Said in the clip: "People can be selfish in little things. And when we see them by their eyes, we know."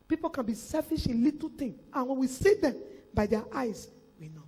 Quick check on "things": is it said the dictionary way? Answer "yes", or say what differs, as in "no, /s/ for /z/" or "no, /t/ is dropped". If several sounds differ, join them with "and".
no, /t/ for /θ/ and /z/ is dropped